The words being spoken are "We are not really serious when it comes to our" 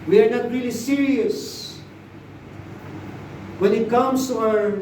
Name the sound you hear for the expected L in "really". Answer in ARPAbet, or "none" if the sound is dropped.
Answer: L